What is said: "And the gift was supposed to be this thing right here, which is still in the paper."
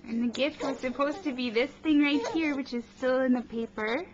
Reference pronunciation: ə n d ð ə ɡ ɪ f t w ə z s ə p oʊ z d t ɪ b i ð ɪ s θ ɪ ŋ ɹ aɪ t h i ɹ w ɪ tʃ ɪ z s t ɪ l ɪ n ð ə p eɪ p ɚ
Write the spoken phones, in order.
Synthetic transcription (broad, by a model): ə n ð ə ɡ ɪ f t w ə z s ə p oʊ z t ɪ b i ð ɪ s θ ɪ ŋ ɹ aɪ t h i ɹ w ɪ tʃ ɪ z s t ɪ l ɪ n ð ə p eɪ p ɚ